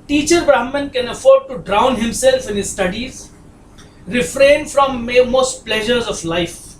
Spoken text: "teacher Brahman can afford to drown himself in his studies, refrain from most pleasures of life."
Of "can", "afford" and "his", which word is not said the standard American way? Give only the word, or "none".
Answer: none